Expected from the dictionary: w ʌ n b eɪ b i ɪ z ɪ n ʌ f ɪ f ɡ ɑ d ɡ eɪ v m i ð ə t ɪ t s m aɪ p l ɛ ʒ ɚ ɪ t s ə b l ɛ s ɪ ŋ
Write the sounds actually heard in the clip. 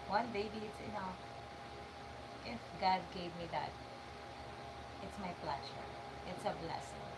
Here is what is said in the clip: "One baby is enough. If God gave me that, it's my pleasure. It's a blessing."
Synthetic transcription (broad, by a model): w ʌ n b eɪ b i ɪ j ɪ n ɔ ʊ ɪ f ɡ ɑ d ɡ eɪ v m i ð ə t ɪ t s m aɪ b l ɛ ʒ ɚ ɪ t s ə b l ɛ s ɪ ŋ